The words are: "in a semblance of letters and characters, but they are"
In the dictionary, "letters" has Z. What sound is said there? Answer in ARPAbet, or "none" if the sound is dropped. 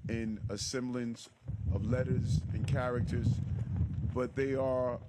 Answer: Z